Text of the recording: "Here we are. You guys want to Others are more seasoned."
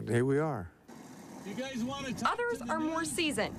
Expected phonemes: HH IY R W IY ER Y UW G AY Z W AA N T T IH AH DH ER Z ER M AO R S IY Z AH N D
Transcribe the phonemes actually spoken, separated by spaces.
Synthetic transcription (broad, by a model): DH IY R W IY ER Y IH G AY Z W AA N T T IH AH DH ER Z ER M AO R S IY Z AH N